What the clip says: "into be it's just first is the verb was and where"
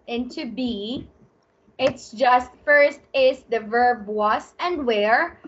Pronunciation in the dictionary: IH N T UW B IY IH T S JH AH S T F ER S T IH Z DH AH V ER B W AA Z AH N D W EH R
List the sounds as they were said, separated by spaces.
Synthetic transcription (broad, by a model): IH N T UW B IY IH T S JH AH S T F ER S T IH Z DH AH V ER B W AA S AH N D W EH R